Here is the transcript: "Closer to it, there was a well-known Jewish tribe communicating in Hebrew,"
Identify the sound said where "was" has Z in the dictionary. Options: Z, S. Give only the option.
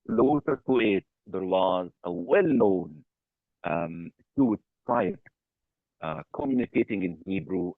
Z